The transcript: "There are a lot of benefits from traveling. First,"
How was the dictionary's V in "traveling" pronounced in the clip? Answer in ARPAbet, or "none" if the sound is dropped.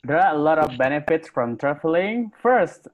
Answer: F